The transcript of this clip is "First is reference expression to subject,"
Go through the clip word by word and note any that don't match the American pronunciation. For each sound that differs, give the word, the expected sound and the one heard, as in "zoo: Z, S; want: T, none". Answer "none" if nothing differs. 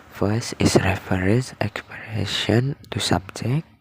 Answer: is: Z, S; reference: N, none